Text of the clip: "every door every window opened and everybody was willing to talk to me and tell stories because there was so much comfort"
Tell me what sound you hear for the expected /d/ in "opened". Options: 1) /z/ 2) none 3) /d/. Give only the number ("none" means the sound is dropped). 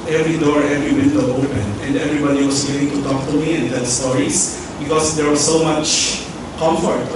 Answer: 2